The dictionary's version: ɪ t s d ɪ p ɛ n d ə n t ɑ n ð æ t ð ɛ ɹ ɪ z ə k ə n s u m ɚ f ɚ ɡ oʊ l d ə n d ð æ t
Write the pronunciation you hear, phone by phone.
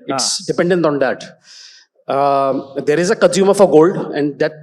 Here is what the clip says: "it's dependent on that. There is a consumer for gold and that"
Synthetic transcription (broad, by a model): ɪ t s d ɪ p ɛ n d ə n t ɑ n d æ t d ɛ ɹ ɪ z ə k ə n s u m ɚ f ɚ ɡ oʊ l d ə n d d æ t